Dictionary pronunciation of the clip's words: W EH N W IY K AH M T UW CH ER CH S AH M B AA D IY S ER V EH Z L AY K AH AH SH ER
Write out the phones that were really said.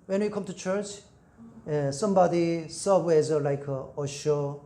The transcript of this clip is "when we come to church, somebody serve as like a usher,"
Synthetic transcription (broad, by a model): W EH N W IY K AH M T UW CH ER CH S AH M B AA D IY S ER W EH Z L AY K AH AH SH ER